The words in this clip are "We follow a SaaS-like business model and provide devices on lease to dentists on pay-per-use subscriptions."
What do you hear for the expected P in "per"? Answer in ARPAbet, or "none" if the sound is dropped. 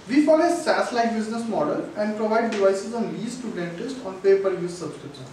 P